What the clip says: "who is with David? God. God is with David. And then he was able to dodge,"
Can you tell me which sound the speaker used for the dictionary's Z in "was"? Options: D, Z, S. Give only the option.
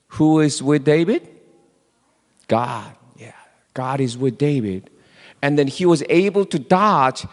Z